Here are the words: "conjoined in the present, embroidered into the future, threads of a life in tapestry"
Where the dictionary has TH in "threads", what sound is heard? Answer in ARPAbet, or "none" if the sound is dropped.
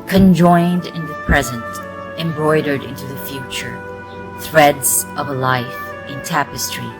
TH